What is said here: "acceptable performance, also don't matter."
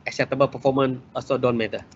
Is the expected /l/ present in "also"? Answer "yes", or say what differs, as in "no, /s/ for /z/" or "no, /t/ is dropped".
no, /l/ is dropped